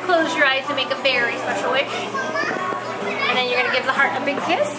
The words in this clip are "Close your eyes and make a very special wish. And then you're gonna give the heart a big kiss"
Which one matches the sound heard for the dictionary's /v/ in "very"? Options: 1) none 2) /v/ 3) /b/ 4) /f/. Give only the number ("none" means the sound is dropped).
4